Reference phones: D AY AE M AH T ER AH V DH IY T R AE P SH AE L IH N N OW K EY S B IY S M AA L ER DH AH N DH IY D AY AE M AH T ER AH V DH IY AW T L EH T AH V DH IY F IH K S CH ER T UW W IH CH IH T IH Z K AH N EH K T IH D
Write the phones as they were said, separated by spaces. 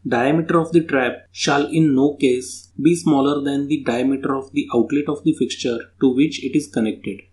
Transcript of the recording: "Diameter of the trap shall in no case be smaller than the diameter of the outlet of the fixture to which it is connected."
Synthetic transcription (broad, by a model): D AY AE M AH T ER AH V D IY T R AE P SH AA L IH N N OW K EY S B IY S M AA L ER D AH N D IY D AY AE M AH T ER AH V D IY AW T L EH T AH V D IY F IH K S CH ER T UW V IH CH IH T IH Z K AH N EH K T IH D